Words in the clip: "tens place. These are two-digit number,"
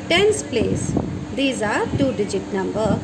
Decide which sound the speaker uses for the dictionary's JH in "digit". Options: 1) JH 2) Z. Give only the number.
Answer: 1